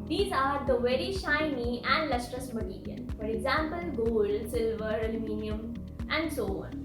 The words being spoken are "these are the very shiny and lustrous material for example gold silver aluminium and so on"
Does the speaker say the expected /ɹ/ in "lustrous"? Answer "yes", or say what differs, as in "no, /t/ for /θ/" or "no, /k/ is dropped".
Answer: yes